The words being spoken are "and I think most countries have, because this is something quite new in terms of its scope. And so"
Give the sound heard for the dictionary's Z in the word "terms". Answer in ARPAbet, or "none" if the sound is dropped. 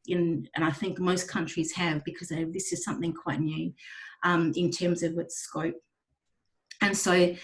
Z